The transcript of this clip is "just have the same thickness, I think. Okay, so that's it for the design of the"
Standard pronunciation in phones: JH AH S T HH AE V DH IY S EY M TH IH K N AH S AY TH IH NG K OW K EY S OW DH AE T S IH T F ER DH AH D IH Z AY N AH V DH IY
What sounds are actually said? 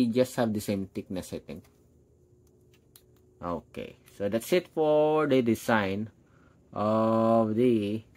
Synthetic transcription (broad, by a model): JH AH S T HH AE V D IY S EY M T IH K N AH S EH T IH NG OW K EY S OW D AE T S IH T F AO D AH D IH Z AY N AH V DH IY